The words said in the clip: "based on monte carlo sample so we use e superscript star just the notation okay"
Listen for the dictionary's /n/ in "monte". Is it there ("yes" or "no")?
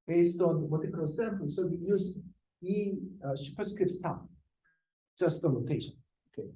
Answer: no